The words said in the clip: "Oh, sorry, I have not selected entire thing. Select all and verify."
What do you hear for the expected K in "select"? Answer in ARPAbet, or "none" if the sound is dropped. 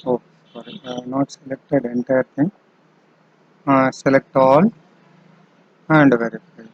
K